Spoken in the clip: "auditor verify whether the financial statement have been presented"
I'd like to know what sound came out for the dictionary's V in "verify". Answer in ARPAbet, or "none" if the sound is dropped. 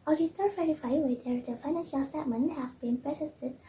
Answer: F